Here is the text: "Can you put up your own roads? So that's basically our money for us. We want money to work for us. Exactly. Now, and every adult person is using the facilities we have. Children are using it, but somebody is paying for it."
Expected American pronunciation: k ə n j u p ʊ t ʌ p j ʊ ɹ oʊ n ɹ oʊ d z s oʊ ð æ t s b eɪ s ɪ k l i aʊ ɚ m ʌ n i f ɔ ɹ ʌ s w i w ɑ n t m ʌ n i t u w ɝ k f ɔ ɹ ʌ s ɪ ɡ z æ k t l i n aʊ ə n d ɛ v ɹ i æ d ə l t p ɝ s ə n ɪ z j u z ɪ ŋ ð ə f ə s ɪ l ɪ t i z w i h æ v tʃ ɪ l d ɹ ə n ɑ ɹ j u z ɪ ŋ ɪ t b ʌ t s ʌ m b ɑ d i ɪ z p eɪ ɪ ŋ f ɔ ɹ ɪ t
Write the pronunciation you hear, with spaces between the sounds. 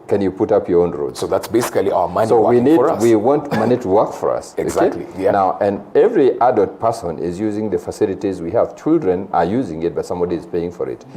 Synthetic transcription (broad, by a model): k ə n j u p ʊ t ʌ p j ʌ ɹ oʊ n ɹ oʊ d s oʊ ð æ t s b eɪ s ɪ k l i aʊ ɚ m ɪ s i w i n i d w i w ɑ n t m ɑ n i t u w ɝ k f ɔ ɹ ʌ s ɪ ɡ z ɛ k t l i n aʊ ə n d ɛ v ɹ i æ d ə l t p ɝ s ə n ɪ z j u z ɪ ŋ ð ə f ə s ɪ l ɪ t i z w i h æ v tʃ ɪ l d ɹ ə n ɑ ɹ j u z ɪ ŋ ɪ t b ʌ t s ʌ m b ɑ d i ɪ z p eɪ ɪ ŋ f ɔ ɹ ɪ t